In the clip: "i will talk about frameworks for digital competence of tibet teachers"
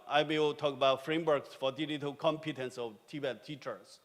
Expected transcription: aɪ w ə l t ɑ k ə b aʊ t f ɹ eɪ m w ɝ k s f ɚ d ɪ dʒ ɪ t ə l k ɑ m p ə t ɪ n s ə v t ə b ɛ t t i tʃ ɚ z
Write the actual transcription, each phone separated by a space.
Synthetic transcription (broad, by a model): aɪ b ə w t ɑ k ə b aʊ t f ɹ eɪ m w ɝ k s f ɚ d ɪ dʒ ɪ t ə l k ɑ m p ə t ɪ n s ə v t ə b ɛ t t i tʃ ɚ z